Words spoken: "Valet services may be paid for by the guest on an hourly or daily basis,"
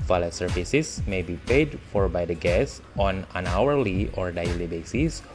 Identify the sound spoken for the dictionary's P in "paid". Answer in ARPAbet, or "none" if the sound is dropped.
P